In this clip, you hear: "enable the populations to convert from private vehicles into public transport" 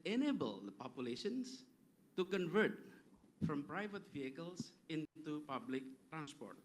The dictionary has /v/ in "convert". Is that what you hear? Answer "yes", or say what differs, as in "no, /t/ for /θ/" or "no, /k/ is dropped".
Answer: yes